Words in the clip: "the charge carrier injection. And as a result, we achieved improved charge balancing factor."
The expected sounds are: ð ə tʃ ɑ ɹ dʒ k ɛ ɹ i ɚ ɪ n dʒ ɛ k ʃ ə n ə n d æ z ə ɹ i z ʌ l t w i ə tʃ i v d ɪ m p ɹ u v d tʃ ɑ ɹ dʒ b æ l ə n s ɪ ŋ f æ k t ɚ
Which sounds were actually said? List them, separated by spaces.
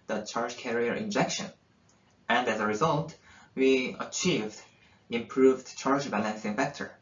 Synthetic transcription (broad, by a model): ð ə tʃ ɑ ɹ dʒ k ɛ ɹ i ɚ ɪ n dʒ ɛ k ʃ ə n ə n d æ z ə ɹ i z ʌ l t w i ə tʃ i v d ɪ m p ɹ u v d tʃ ɑ ɹ dʒ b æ l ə n s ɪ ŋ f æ k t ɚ